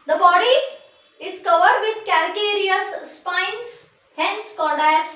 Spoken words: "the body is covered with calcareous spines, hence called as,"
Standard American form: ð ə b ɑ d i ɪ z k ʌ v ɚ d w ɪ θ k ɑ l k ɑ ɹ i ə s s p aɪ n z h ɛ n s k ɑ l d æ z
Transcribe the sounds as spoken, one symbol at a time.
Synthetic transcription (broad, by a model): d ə b ɑ d i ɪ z k ʌ v ɚ d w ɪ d k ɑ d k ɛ ɹ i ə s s p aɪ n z h ɛ n s k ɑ d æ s